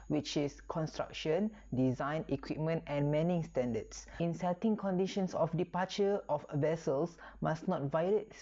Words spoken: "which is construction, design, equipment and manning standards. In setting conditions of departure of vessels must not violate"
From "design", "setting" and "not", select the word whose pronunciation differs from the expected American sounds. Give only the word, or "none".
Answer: none